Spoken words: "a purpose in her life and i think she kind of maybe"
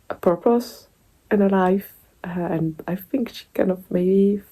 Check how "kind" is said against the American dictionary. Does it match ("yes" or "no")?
no